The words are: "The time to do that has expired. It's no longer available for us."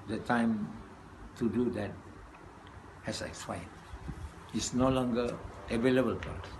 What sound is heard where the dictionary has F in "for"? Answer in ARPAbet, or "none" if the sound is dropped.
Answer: P